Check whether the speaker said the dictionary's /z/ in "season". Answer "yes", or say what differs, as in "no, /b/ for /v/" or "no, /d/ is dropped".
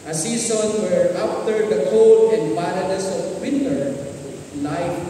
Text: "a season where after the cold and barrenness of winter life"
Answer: no, /s/ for /z/